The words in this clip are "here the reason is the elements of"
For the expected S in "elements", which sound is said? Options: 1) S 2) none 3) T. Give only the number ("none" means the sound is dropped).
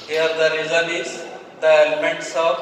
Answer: 1